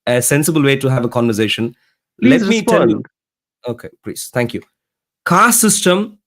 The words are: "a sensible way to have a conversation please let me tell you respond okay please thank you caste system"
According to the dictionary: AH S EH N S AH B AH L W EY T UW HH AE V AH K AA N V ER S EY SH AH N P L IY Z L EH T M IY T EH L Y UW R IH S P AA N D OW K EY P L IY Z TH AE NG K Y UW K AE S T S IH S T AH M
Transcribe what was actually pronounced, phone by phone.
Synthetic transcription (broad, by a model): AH S EH N S AH B AH L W EY T UW HH AE V AH K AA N V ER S EY SH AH N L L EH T M IY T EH N Y UW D OW K EY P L IY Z T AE NG K Y UW K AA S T S IH S T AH M